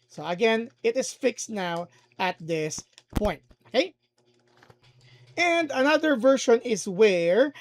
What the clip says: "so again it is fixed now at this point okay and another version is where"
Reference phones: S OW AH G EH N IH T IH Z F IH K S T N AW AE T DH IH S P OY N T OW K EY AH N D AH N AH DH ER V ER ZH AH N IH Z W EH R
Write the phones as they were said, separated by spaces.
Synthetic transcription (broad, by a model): S OW AH G EH N IH T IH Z F IH K S T N AW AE T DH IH S P OY N T OW K EY AH N D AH N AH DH ER V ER SH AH N IH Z W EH R